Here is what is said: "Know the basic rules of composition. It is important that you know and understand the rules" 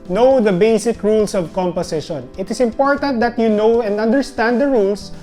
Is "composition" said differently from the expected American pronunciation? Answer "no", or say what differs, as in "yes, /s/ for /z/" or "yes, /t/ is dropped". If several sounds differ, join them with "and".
yes, /s/ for /z/